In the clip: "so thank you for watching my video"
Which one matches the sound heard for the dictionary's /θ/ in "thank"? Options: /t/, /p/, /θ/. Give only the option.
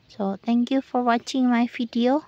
/t/